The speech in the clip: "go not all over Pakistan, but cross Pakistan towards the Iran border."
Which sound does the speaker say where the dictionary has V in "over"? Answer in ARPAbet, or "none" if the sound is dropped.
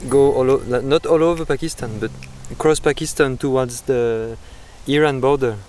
V